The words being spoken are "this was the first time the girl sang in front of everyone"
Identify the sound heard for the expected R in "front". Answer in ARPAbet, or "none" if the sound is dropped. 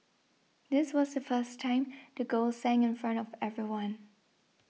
R